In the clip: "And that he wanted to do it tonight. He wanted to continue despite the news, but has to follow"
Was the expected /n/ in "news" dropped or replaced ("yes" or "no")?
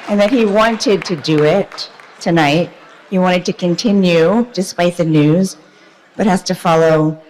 no